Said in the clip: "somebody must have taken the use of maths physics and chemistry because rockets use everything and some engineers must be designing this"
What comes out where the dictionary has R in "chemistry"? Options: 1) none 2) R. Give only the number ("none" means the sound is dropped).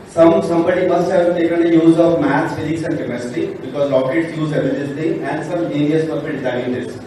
1